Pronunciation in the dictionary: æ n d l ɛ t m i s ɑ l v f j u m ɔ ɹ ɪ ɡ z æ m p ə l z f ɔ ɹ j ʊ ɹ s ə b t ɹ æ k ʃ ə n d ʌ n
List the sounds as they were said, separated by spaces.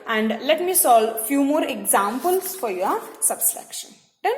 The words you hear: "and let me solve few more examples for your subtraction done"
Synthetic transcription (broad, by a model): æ n d l ɛ t m i s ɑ l f j u m ɔ ɹ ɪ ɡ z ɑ m p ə l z f ɔ ɹ j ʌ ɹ s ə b s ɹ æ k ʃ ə n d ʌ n